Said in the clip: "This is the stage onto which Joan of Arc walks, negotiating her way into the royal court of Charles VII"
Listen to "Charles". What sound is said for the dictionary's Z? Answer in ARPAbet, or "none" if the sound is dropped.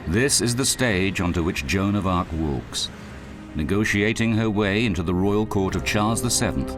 Z